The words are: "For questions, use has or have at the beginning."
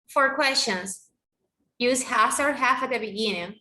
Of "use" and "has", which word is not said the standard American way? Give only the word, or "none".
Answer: has